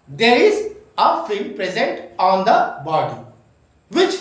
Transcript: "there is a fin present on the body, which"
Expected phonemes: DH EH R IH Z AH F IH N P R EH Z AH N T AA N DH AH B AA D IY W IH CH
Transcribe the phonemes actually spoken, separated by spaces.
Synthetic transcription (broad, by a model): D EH R IH Z AH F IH L P R EH Z AH N T AA N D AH B AA D IY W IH CH